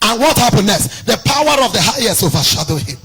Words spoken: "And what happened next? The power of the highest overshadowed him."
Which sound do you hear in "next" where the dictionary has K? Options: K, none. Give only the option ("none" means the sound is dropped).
none